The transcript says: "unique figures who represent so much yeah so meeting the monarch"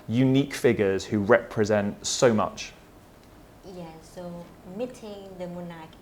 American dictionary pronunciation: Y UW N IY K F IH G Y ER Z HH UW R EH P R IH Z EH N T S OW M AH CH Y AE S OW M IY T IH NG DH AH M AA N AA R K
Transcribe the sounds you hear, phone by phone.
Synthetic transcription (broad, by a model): Y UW N IY K F IH G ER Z HH UW R EH P R IH Z EH N T S OW M AH CH Y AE S OW M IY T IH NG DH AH M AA N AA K